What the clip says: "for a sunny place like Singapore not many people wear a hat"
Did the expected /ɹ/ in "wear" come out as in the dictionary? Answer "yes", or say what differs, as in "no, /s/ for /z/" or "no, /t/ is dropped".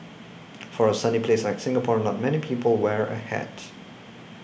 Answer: yes